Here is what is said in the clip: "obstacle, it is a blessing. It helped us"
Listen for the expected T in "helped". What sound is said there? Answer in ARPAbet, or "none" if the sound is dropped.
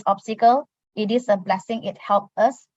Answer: none